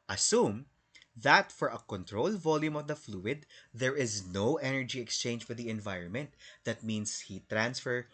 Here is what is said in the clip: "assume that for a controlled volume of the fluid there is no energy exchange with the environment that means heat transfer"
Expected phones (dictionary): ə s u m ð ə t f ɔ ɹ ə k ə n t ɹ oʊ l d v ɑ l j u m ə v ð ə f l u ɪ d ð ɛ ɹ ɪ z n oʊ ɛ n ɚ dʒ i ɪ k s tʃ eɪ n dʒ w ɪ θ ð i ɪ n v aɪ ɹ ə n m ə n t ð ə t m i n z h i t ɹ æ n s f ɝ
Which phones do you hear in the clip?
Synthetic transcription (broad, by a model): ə s u m ð ə t f ɔ ɹ ə k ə n t ɹ oʊ l v ɑ l j u m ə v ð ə f l u ɪ d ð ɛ ɹ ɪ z n oʊ ɛ n ɚ dʒ i ɪ k s tʃ eɪ n dʒ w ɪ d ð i ɪ n v aɪ ɹ ə n m ə n t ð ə t m i n s h i t ɹ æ n s f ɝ